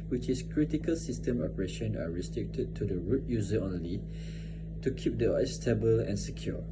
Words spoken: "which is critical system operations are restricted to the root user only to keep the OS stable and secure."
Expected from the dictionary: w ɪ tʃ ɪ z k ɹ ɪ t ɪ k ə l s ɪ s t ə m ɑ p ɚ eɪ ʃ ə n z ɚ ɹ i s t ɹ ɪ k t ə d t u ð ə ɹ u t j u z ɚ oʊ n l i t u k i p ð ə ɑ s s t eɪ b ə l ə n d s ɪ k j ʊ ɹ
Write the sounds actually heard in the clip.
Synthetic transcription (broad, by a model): w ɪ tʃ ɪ s k ɹ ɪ t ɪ k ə l s ɪ s t ə m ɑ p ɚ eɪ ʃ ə n ɚ ɹ i s t ɹ ɪ k t ə d t u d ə ɹ u t j u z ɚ oʊ n l i t u k i p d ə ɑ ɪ s t eɪ b ə l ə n s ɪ k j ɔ